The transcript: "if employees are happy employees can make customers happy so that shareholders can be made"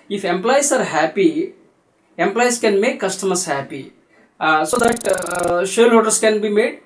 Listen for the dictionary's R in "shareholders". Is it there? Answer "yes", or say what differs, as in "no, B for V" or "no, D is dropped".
no, L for R